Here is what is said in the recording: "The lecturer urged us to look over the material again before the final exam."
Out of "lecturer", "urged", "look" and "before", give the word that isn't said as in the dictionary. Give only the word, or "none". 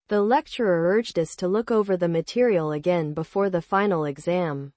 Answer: none